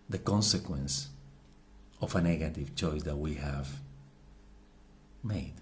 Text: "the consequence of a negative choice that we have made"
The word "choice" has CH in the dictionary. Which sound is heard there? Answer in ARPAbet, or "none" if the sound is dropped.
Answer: CH